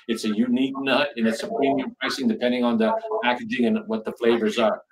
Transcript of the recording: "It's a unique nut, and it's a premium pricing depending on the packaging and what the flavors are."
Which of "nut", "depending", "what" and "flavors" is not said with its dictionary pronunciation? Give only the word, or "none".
none